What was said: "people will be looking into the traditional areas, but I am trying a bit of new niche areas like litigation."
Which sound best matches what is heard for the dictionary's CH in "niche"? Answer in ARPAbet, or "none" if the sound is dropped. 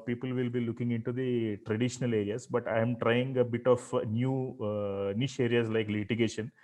SH